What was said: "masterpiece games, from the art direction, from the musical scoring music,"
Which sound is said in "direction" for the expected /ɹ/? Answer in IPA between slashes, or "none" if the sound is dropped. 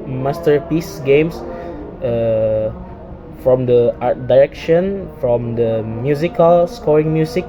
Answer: /ɹ/